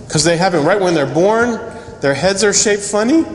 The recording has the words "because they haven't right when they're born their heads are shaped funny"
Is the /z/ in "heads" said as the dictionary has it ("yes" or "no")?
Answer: yes